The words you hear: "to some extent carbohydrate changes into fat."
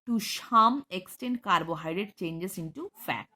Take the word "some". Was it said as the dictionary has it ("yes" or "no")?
no